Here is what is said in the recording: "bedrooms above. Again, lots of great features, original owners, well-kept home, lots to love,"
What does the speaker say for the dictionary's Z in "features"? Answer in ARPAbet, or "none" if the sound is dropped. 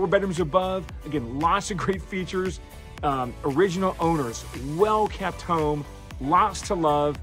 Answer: Z